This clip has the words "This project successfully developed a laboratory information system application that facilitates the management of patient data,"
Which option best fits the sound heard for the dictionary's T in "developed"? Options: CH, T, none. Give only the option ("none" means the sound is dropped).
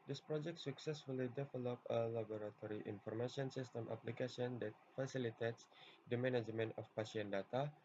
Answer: none